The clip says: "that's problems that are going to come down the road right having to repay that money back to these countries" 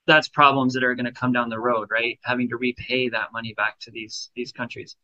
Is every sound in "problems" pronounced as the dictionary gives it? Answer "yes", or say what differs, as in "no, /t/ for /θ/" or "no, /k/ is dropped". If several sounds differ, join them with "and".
yes